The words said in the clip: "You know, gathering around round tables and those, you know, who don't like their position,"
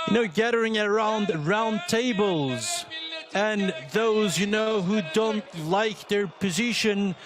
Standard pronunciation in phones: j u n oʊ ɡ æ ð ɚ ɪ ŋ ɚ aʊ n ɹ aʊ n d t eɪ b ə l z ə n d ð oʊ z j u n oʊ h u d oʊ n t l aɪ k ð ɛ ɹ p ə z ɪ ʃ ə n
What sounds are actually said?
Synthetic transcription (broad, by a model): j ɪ n oʊ ɡ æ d ɚ ɪ ŋ ɚ aʊ n ɹ aʊ n t eɪ b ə l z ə n ð oʊ z j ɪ n oʊ h u d oʊ n t l aɪ k ð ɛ ɹ p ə z ɪ ʃ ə n